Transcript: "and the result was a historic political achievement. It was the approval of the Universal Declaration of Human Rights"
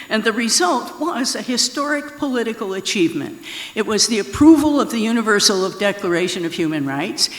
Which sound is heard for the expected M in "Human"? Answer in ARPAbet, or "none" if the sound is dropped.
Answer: M